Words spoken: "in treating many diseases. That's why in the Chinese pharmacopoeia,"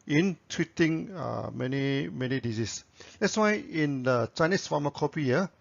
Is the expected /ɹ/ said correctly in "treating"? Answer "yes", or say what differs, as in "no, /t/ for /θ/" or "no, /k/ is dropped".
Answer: no, /w/ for /ɹ/